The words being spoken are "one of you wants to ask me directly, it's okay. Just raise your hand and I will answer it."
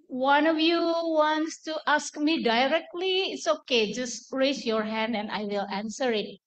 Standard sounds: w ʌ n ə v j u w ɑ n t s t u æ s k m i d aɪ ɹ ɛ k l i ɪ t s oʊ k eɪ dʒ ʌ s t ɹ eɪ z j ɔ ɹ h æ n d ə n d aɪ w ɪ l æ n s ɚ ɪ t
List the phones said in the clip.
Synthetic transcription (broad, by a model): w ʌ n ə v j u w ɑ n t s t u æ s k m i d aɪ ɹ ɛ k l i ɪ t s oʊ k eɪ dʒ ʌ s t ɹ eɪ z j ɔ ɹ h æ n d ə n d aɪ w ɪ l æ n s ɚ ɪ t